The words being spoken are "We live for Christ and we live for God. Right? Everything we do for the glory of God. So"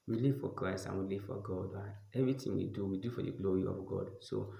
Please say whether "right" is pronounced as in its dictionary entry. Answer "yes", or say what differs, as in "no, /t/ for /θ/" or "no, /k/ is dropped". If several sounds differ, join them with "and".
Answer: no, /t/ is dropped